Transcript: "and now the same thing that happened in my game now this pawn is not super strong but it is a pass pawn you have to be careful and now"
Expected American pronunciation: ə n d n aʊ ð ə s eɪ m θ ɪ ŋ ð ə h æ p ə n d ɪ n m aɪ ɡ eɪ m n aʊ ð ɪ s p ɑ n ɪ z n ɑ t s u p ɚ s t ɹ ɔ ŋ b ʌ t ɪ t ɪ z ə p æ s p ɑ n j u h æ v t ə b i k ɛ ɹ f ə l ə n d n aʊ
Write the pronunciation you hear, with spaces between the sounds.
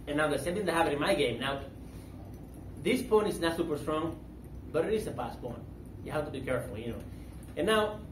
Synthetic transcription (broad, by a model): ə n n aʊ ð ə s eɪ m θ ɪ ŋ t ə h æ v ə d ɪ n m aɪ ɡ eɪ m n aʊ ð ɪ s p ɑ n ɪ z n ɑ t s u p ɚ s t ɹ ɔ ŋ b ʌ t ɪ t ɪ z ə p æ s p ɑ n j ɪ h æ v t ə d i k ɛ ɹ f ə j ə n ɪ n aʊ